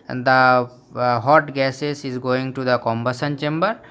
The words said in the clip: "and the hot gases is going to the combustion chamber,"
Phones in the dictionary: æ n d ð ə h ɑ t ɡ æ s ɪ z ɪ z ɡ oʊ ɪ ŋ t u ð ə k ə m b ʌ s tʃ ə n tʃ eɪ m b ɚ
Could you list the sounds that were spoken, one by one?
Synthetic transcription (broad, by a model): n d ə h ɑ t ɡ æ s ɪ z ɪ z ɡ oʊ ɪ ŋ t u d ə k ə m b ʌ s ə n tʃ eɪ m b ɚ